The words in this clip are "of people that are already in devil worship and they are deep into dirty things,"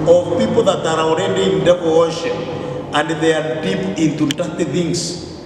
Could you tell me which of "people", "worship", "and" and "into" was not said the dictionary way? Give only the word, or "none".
worship